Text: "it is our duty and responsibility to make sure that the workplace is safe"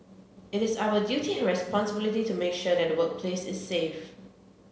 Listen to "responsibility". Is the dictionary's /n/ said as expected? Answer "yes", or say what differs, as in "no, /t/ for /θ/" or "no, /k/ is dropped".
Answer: yes